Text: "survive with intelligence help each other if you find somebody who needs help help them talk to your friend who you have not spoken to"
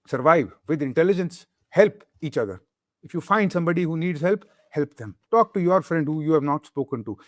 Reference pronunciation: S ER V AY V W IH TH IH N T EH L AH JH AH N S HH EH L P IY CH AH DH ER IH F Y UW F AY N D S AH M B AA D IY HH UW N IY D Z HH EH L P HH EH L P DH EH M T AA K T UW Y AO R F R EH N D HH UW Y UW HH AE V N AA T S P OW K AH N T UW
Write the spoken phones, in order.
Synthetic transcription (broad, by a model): S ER V AY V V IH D IH N T EH L AH JH AH N S HH EH L P IY CH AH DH ER IH F Y UW F AY N D S AH M B AA D IY HH UW N IY D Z HH EH L P HH EH L P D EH M T AA K T UW Y AO R F R EH N D HH UW Y UW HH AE V N AA T S P OW K AH N T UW